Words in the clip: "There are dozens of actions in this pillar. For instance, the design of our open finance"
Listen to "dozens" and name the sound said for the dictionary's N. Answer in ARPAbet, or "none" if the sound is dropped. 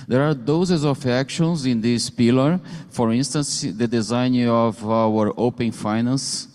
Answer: none